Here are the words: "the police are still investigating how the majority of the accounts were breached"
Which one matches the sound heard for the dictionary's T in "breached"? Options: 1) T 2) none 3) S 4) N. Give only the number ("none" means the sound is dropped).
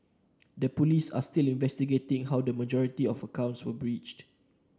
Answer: 1